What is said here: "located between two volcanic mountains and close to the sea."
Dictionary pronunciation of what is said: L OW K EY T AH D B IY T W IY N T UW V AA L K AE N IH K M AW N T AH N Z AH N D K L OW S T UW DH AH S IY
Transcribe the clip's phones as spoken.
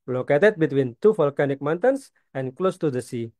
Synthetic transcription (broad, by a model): L OW K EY T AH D B IY T W IY N T UW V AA L K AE N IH K M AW N T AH N S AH N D K L OW S T UW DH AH S IY